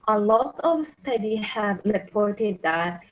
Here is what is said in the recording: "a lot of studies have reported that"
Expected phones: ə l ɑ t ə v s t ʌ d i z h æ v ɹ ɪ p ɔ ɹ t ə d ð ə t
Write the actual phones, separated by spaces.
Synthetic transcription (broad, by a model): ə l ɑ t ə v s t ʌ d i h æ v ɹ ɪ p ɔ ɹ t ə d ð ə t